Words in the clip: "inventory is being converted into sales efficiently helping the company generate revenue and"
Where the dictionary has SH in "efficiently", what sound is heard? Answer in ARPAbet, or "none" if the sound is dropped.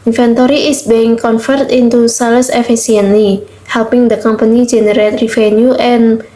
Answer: S